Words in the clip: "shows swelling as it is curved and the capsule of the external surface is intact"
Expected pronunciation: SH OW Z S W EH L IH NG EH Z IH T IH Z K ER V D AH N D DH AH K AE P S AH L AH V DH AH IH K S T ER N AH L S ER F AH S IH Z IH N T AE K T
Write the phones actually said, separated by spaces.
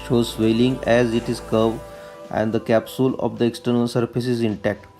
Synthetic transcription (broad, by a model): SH OW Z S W EH L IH NG EH Z IH T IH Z K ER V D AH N D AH K AE P S AH L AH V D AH IH K S T ER N AH L S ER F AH S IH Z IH N T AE K T